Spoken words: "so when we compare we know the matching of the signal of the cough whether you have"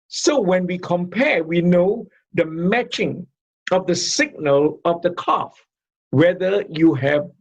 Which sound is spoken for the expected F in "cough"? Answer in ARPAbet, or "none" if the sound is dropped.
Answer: F